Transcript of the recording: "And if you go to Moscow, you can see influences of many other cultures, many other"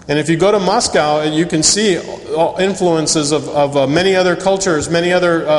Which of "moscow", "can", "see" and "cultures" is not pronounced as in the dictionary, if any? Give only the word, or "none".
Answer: none